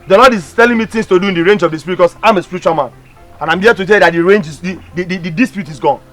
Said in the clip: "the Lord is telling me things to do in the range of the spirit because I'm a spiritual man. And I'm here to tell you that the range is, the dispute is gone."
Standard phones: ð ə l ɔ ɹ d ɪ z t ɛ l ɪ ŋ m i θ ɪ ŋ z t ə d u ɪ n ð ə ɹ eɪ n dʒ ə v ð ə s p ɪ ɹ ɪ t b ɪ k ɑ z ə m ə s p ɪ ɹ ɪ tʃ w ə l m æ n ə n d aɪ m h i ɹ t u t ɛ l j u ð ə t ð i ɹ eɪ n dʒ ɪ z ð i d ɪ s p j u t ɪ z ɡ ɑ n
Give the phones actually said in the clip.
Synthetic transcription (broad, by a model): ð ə l ɔ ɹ d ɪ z t ɛ l ɪ ŋ m i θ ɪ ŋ s t ə d u ɪ n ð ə ɹ eɪ n dʒ ə v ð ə s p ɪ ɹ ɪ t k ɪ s ɑ ə m ə s p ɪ ɹ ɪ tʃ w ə l m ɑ n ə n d aɪ m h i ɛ t u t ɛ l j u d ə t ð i ɹ eɪ n dʒ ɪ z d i d ɪ s p j u t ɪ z ɡ ɑ n